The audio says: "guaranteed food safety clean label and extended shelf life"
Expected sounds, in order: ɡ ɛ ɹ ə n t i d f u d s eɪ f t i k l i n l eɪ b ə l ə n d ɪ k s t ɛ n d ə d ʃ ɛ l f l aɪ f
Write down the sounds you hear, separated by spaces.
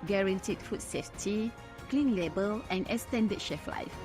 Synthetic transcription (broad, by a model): ɡ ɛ ɹ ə n t i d f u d s eɪ f t i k l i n l eɪ b ə l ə n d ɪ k s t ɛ n d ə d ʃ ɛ f l aɪ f